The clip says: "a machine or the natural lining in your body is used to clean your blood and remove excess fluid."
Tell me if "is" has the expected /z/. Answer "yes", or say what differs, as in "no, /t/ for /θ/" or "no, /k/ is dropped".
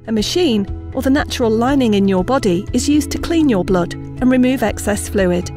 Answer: yes